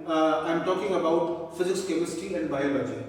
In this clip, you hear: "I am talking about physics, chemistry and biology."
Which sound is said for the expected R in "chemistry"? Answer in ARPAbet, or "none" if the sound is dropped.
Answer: none